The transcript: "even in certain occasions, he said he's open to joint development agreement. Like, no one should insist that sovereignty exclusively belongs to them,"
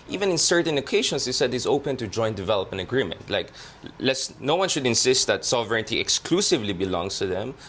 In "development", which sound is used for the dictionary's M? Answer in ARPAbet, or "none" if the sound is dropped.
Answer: none